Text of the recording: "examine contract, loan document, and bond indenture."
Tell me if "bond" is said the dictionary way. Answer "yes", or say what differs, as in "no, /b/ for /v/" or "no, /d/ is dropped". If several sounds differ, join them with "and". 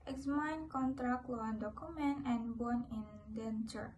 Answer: no, /d/ is dropped